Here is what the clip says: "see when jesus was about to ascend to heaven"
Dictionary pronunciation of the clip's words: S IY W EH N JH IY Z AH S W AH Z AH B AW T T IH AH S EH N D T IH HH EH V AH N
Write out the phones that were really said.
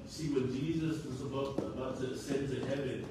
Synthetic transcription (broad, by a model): S IY W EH N JH IY Z AH S W AH Z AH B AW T T IH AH S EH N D T IH HH EH V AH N